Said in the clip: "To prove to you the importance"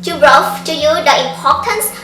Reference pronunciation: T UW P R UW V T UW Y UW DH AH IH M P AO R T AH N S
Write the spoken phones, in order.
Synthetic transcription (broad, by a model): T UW B R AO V T UW Y UW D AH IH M P AO T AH N S